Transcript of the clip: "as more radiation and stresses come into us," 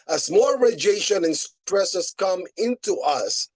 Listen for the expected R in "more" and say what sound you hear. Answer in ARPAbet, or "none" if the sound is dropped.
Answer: L